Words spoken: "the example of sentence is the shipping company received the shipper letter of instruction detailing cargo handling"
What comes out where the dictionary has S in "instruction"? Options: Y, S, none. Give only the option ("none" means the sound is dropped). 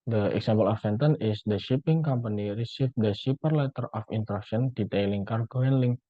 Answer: none